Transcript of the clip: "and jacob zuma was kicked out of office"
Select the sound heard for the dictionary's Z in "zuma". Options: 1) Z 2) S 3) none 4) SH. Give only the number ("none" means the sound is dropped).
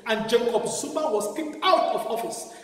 2